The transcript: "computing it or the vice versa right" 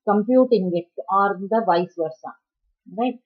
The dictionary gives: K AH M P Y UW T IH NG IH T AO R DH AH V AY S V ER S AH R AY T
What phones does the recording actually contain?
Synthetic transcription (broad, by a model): K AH M P Y UW T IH NG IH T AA R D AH V AY S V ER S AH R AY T